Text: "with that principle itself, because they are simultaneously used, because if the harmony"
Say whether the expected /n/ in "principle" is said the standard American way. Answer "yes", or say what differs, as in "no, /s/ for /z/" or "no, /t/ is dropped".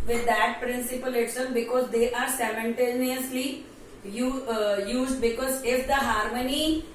yes